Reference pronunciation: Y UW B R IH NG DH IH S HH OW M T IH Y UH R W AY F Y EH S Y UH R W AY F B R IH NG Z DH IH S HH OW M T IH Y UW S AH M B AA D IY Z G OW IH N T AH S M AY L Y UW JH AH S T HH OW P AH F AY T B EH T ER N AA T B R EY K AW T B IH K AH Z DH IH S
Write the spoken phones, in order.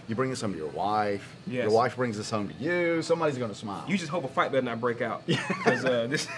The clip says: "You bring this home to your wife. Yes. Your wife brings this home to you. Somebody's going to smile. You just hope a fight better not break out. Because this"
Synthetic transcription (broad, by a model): Y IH B R IH NG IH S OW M T IH Y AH R W AY F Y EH Y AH R W AY F B R IH NG Z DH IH S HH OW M T IH Y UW S AH M B AA D IY Z G OW IH N T AH S M AY L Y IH JH AH S T HH OW P AH F AY T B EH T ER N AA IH B R EY K AW T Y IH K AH Z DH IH S